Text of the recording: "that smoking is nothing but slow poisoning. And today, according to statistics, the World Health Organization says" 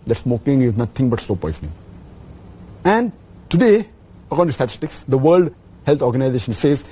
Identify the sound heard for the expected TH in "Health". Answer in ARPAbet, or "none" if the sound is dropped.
T